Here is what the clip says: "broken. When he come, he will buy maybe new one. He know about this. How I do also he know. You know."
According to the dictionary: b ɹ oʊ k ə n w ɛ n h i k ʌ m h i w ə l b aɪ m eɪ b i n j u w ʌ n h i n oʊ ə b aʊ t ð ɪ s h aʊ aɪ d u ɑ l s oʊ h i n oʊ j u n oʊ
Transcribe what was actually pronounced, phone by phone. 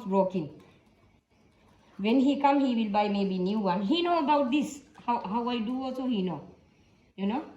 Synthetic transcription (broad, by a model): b ɹ oʊ k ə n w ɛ n h i k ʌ m h i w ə l b aɪ m eɪ b i n j u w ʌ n h i n oʊ ə b aʊ t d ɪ s h aʊ aɪ d u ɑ s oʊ h i n oʊ j u n oʊ